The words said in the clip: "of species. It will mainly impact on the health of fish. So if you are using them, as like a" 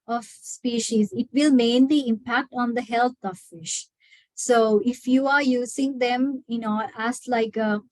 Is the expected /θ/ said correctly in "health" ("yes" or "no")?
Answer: no